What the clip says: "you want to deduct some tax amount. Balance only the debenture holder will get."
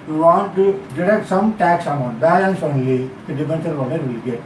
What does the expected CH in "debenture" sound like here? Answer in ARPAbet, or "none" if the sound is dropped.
S